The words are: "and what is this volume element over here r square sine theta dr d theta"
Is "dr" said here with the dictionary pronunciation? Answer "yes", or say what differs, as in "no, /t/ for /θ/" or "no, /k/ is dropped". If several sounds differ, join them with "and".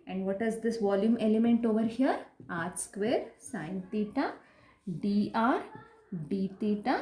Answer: no, /k/ is dropped